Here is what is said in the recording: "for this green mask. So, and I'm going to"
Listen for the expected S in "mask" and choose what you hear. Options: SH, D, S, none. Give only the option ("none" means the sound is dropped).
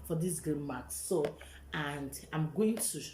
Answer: none